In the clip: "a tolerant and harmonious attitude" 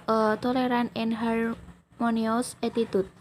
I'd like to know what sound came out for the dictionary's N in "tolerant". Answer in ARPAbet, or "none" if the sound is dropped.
none